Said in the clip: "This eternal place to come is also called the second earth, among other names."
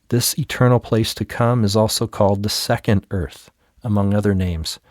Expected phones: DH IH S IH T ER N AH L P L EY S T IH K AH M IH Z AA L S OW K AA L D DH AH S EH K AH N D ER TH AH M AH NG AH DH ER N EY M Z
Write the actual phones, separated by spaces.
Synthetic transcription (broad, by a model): DH IH S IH T ER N L P L EY S T IH K AH M IH Z AA L S OW K AA L D DH AH S EH K AH N D ER TH AH M AH NG AH DH ER N EY M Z